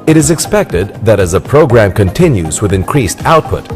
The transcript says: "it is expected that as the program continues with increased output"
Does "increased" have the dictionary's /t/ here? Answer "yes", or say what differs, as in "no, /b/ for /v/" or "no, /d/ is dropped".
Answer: yes